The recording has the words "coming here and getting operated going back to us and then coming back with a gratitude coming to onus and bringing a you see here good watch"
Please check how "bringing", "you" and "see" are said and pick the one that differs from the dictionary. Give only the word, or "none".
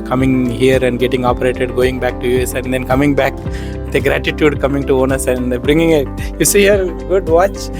none